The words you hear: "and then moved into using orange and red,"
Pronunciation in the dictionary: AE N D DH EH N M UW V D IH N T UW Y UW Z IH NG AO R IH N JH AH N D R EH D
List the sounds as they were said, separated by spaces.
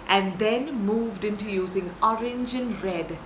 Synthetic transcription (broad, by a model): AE N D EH N M UW V D IH N T UW Y UW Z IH NG AO R IH N JH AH N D R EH D